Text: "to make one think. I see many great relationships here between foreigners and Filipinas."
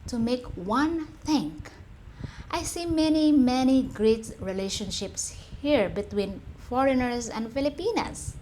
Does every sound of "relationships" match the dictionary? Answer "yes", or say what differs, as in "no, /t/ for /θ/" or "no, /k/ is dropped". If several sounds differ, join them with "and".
yes